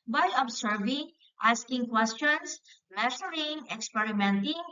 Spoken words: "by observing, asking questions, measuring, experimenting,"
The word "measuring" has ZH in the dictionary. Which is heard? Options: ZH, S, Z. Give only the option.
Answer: S